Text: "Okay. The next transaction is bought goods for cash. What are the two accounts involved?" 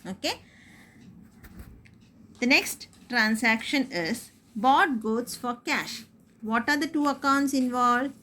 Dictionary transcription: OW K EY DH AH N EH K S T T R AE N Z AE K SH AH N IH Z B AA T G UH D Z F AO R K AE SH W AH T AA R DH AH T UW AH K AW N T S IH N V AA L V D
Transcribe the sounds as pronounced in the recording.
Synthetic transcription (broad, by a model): OW K EY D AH N EH K S T T R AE N S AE K SH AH N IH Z B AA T G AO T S F AO R K AE SH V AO T AA R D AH T UW AH K AW N T S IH N V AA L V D